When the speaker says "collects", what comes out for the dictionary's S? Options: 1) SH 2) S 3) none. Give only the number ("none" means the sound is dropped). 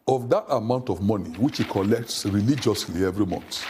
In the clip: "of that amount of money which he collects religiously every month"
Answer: 2